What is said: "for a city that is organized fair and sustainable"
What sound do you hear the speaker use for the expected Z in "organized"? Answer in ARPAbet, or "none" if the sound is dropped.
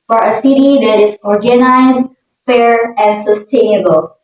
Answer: Z